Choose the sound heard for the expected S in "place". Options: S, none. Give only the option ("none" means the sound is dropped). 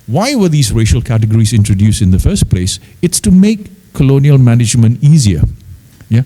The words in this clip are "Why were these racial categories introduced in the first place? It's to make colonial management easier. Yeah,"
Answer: S